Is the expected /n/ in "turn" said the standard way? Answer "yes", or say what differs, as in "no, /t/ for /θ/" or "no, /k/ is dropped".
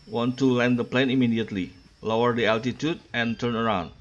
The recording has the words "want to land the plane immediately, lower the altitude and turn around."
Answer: yes